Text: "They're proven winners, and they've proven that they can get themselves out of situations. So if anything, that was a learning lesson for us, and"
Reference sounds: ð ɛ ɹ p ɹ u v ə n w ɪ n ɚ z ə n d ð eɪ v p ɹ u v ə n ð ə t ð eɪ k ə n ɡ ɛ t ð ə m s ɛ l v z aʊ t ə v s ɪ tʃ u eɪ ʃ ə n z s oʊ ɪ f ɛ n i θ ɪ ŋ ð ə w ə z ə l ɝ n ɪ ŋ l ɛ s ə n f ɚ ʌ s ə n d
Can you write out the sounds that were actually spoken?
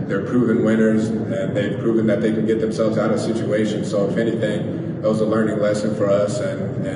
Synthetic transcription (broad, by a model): ð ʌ ɹ p ɹ u v ə n w ɪ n ɚ z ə n ð eɪ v p ɹ u v ə n ð ə t ð eɪ k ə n ɡ ɛ t ð ə m s ɛ l v z aʊ t ə v s ɪ tʃ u eɪ ʃ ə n s oʊ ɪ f ɛ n i θ ɪ ŋ ð ə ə z ə l ɝ n ɪ ŋ l ɛ s ə n f ɚ ʌ s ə n